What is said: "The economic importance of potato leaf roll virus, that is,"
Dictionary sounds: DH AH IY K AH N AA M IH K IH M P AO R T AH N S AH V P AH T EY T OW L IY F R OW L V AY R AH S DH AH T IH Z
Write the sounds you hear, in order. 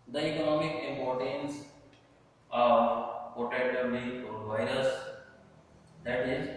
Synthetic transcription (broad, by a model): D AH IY K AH N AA M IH K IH M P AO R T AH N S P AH T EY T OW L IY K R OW N V AY R AH S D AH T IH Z